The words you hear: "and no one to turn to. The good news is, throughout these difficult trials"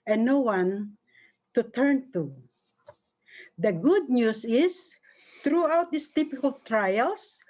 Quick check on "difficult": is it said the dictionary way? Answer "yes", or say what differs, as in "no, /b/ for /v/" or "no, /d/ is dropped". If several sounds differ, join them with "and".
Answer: no, /p/ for /f/